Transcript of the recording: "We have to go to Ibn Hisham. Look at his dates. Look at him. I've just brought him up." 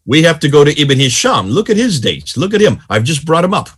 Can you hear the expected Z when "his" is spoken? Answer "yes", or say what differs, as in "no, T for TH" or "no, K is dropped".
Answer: yes